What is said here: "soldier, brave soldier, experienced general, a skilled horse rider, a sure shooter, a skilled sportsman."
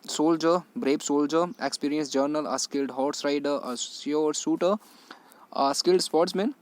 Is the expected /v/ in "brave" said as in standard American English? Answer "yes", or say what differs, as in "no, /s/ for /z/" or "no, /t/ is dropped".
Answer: no, /b/ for /v/